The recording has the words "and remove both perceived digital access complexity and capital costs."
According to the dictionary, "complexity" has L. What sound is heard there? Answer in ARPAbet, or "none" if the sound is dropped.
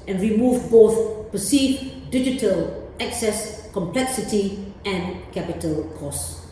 L